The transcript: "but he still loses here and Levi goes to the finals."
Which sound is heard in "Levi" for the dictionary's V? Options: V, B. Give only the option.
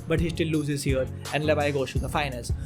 B